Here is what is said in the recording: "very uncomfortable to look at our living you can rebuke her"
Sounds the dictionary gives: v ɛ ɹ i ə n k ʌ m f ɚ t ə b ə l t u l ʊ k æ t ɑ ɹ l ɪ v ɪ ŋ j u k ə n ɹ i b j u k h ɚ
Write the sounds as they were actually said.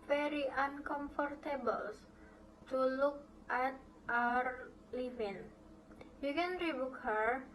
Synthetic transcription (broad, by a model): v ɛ ɹ i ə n k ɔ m f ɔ t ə b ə l t u l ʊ k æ t ɑ ɹ l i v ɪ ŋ j u k ə n ɹ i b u k h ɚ